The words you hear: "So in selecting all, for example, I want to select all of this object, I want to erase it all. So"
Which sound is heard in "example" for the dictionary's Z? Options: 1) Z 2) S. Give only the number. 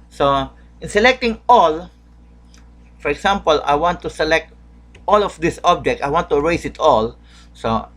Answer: 2